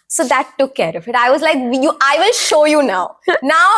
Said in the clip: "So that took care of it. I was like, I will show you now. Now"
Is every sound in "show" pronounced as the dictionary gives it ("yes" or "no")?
yes